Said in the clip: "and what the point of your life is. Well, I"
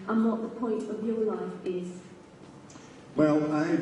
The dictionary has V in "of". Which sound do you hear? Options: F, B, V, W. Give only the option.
V